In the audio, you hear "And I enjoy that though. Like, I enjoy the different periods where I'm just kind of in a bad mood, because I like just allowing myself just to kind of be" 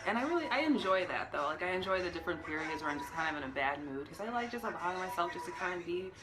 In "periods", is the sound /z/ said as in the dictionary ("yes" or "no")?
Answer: yes